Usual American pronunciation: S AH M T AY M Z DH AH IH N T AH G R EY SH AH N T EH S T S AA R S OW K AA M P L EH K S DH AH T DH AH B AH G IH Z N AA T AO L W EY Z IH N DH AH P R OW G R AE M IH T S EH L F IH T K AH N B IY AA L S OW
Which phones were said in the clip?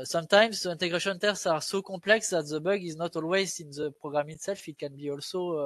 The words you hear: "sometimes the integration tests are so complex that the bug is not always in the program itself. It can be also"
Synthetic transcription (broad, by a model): S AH M T AY M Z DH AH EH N T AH G R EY SH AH N T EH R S AA R S OW K AA P L EH K S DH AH T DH AH B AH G IH Z N AA T AO L W EY Z IH N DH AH P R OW G R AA M IH T S EH L F IH T K AH N B IY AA L S OW